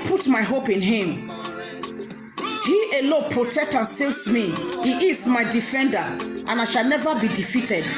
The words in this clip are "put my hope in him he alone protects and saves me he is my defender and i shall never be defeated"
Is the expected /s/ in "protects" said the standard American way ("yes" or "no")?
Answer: no